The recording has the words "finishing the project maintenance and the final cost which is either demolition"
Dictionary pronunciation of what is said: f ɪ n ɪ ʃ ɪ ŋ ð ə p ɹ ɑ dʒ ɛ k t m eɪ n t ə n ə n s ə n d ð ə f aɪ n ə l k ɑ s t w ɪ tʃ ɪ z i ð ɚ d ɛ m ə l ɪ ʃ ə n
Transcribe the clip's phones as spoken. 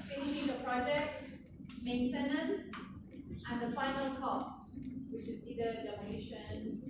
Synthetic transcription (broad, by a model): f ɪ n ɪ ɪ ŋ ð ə p ɹ ɑ dʒ ɛ k t m eɪ n t ə n ə n s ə n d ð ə f aɪ n ə l k ɑ s t w ɪ tʃ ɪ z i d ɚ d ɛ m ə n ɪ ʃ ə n